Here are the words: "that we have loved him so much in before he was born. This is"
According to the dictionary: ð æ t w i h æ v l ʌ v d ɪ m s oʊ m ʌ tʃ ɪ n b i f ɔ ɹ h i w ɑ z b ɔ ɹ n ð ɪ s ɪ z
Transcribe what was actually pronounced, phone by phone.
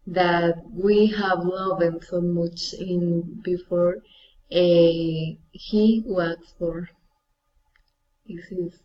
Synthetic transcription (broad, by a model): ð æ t w i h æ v l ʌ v ɪ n s oʊ m ʌ tʃ ɪ n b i f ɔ ɹ h i w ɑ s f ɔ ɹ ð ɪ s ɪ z